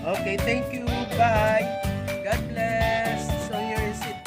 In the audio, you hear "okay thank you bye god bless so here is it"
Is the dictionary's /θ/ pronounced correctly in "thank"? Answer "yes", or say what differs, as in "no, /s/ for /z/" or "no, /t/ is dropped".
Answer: no, /t/ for /θ/